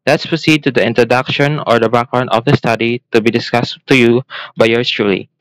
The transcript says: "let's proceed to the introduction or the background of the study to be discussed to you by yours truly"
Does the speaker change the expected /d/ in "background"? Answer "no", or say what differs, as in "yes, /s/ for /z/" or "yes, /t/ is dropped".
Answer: yes, /d/ is dropped